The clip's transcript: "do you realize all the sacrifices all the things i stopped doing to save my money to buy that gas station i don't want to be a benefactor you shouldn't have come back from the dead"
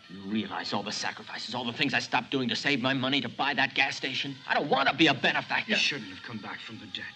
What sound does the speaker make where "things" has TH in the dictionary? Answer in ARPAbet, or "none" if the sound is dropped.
TH